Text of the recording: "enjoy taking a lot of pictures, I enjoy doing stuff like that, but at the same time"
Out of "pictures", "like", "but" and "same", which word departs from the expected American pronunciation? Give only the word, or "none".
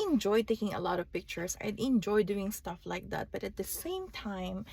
pictures